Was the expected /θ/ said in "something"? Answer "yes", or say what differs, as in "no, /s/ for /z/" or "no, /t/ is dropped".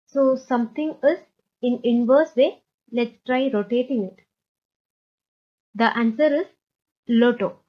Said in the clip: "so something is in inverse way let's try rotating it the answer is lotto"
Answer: no, /t/ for /θ/